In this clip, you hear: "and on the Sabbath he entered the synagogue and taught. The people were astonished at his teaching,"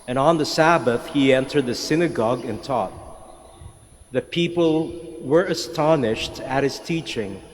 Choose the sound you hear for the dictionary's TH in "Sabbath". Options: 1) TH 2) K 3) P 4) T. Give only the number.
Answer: 1